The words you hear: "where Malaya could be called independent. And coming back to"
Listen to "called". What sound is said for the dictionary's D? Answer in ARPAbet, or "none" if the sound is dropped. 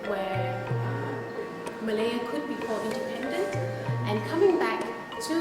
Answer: none